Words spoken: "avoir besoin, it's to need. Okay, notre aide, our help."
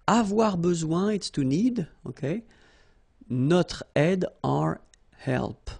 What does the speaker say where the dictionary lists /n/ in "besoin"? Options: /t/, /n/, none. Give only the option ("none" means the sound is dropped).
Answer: none